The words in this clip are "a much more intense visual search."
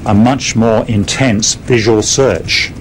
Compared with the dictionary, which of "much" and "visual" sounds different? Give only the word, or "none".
none